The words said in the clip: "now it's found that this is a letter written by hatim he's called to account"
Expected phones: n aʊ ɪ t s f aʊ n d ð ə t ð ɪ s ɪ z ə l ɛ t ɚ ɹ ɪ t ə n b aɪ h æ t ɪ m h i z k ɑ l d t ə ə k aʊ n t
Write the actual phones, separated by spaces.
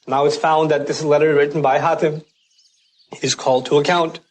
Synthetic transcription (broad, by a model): n aʊ ɪ t s f aʊ n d ð ə t ð ɪ s l ɛ t ɚ ɹ ɪ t n b aɪ h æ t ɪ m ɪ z k ɑ l d t ə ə k aʊ n t